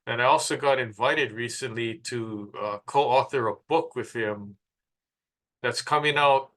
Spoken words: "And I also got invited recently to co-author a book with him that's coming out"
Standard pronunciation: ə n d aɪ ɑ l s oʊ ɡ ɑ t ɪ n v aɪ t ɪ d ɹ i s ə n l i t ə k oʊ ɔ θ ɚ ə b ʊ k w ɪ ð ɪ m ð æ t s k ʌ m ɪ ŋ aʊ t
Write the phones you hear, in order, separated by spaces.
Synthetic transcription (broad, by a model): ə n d aɪ ɑ l s oʊ ɡ ɑ t ɪ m v aɪ t ɪ d ɹ i s ə n l i t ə k oʊ ɔ θ ɚ ə b ʊ k w ɪ ð ɪ m ð æ t s k ʌ m ɪ ŋ aʊ t